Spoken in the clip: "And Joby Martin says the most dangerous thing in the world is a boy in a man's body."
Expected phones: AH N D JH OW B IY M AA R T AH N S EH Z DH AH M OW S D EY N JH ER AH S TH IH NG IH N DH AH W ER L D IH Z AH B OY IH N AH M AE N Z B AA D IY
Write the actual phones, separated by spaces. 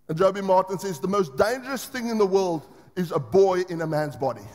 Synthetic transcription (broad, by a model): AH N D JH OW B IY M AA R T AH N S EH Z DH AH M OW S D EY N JH ER AH S TH IH NG IH N DH AH W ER L D IH Z AH B OY IH N AH M AE N Z B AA D IY